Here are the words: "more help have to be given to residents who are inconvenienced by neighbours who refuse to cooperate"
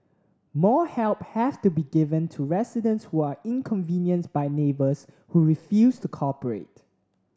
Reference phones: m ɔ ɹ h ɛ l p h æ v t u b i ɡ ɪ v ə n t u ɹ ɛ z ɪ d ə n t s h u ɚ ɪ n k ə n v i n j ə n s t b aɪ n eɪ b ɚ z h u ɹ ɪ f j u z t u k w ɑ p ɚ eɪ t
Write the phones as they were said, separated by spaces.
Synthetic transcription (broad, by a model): m ɔ h ɛ l p h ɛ f t u b i ɡ ɪ v ə n t u ɹ ɛ s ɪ d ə n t s h u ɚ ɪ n k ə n v i n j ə n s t b aɪ n eɪ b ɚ s h u ɹ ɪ f j u s t u k ɑ p ɚ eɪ t